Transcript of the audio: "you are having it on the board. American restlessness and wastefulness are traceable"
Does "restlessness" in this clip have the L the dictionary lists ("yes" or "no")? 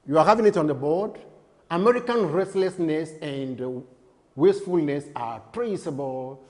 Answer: yes